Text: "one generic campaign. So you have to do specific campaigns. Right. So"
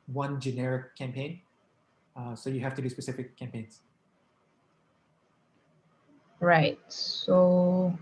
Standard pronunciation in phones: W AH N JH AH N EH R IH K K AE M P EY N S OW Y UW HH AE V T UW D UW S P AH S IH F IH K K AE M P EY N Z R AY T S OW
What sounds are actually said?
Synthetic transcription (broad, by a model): W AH N JH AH N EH R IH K K AE M P EY N S OW Y UW HH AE F T UW D UW S P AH S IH F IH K K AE M P EY N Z R AY T S OW